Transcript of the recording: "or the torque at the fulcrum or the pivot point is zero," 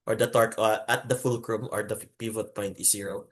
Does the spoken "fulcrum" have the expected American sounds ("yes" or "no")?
yes